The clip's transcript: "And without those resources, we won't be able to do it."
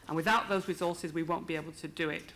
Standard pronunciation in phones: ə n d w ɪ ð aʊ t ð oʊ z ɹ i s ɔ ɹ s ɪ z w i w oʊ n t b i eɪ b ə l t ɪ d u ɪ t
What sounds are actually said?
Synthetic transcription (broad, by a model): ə n w ɪ ð aʊ t ð oʊ z ɹ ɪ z ɔ ɹ s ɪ z w i w oʊ n b i eɪ b ə l t ɪ d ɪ ɪ t